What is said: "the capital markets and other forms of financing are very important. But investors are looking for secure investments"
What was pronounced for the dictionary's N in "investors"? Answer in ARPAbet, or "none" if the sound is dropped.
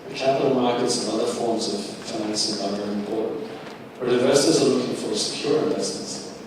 none